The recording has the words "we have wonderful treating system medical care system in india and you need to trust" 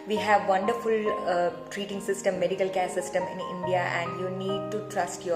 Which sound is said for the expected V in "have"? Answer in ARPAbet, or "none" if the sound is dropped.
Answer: V